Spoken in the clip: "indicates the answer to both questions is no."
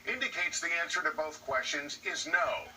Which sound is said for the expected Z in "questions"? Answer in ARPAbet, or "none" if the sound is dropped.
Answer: Z